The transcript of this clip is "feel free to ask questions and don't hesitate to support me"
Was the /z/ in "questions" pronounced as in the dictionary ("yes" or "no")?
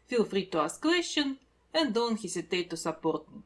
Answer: no